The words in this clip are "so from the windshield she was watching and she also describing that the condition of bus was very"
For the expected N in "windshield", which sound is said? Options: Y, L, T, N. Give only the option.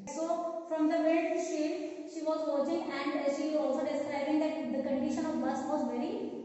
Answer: L